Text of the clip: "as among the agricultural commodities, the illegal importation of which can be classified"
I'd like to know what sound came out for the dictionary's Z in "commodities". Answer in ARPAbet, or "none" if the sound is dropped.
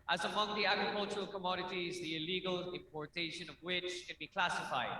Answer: Z